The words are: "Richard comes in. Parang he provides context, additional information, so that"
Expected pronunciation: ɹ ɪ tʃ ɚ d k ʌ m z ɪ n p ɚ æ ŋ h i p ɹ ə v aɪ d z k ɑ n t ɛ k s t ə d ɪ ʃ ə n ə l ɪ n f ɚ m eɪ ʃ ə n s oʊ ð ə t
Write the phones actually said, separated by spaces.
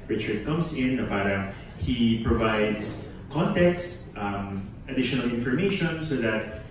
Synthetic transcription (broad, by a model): ɹ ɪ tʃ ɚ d k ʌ m s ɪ n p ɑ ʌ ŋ h i p ɹ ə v aɪ d s k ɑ n t ɛ k s t ə d ɪ ʃ ə n ə l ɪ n f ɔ m eɪ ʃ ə n s oʊ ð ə t